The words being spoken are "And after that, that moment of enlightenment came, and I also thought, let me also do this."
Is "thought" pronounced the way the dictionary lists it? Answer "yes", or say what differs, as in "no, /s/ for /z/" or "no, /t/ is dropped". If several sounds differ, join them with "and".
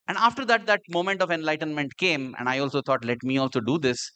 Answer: no, /t/ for /θ/